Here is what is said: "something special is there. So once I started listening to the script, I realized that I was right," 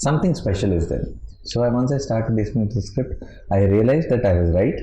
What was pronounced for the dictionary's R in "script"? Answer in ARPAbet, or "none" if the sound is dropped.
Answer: R